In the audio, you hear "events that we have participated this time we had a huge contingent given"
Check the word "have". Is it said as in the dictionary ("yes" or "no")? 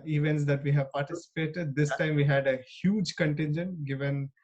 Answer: yes